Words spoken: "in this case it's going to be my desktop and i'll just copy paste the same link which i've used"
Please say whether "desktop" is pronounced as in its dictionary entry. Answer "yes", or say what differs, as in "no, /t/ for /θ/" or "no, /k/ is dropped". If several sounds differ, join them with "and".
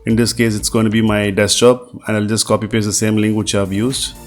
no, /k/ is dropped